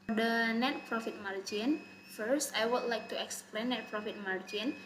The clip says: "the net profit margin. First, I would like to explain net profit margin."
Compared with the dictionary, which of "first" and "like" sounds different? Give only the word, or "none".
none